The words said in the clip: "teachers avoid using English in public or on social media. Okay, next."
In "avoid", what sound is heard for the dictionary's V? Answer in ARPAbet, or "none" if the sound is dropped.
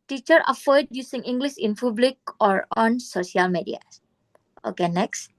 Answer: F